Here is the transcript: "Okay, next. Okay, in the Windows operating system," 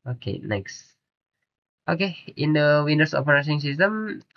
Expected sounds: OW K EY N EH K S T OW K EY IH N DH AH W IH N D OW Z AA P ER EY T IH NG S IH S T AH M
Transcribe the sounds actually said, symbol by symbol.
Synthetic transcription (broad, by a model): OW K EY N EH K S T OW K EY IH N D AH W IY N D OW S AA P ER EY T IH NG S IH S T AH M